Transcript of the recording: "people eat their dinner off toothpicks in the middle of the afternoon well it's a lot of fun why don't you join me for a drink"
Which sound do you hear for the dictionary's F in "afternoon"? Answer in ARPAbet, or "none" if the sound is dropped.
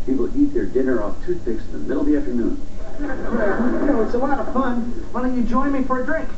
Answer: F